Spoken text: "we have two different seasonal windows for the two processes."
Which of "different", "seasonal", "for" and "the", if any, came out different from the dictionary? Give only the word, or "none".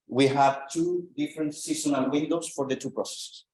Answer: seasonal